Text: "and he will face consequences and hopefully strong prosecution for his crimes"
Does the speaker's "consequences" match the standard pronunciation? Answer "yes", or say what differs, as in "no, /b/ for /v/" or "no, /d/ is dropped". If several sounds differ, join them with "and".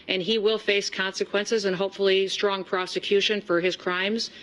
yes